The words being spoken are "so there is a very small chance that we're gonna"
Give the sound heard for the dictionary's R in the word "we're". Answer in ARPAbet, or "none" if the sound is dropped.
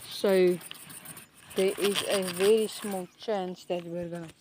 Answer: R